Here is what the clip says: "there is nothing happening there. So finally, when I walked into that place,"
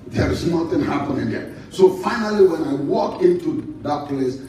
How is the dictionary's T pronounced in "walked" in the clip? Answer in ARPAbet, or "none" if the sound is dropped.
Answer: none